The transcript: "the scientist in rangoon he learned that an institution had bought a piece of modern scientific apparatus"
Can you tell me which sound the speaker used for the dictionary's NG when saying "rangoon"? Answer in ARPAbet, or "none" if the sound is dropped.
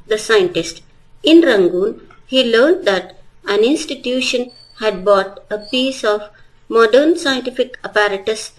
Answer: NG